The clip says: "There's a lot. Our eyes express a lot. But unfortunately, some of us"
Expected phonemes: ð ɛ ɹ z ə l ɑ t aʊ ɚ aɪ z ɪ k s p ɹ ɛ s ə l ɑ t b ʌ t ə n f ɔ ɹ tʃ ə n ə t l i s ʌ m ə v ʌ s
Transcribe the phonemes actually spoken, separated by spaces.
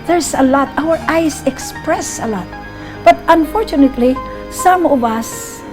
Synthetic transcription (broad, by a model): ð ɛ ɹ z ə l ɑ t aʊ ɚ aɪ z ɪ k s p ɹ ɛ s ə l ɑ t b ʌ t ə n f ɔ ɹ tʃ ə n ə t l i s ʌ m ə b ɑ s